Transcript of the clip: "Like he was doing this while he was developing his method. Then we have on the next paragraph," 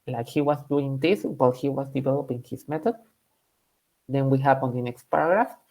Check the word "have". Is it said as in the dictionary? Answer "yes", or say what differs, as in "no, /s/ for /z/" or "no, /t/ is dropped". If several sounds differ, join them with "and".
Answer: no, /p/ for /v/